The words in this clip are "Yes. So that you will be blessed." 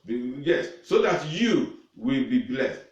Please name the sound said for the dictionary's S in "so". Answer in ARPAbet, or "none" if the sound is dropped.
S